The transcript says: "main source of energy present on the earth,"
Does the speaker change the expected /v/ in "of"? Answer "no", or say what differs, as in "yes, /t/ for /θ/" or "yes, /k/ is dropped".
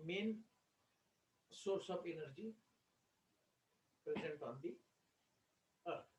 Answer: yes, /p/ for /v/